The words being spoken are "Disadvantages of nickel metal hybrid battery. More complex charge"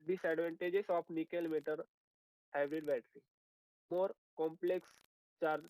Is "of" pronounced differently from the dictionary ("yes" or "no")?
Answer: yes